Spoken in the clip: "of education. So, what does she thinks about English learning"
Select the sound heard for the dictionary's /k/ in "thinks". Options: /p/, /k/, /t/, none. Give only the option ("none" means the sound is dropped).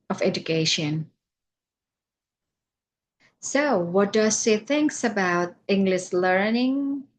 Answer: /k/